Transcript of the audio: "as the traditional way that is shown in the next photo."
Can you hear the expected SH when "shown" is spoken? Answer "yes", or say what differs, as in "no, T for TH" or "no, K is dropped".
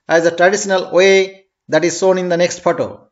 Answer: no, S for SH